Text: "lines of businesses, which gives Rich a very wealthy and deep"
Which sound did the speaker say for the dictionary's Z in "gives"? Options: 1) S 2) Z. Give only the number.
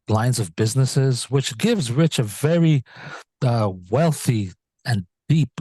2